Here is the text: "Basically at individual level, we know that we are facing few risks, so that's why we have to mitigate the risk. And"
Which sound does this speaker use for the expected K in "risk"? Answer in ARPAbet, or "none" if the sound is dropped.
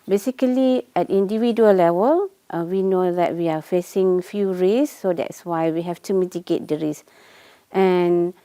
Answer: none